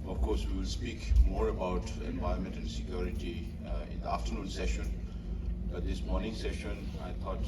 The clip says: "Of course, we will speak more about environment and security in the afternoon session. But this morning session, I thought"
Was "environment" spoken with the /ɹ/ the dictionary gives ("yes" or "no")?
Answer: no